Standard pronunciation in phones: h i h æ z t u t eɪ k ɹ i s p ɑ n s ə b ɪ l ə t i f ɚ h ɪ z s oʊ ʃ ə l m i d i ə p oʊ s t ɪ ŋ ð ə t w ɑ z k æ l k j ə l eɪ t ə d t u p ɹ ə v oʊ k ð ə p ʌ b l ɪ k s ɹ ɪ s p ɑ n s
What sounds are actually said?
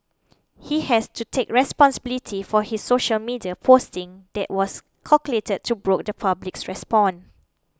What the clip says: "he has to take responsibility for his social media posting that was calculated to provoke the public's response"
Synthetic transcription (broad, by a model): h i h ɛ s t u t eɪ k ɹ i s p ɑ n s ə b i l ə t i f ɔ h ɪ s oʊ ʃ ə l m i d i ə p oʊ s t ɪ ŋ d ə t w ɑ s k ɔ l k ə l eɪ t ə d t u b ɹ oʊ k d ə p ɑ b l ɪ k s ɹ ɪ s p ɑ n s